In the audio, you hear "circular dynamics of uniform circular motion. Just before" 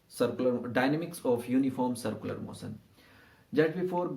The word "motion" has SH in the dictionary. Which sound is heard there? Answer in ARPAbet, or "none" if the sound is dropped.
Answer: S